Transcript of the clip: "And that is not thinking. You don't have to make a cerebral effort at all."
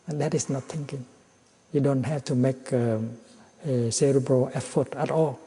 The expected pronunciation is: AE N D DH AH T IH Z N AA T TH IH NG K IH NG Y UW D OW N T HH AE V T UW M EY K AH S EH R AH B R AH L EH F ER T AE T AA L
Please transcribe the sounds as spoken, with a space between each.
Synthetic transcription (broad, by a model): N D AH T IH S N AA T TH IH NG K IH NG Y UW D OW N T HH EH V T UW M EY K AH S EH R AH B AH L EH F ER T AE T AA L